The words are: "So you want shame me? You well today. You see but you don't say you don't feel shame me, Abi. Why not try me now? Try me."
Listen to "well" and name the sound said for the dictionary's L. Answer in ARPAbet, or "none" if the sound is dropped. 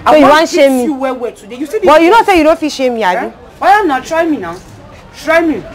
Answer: W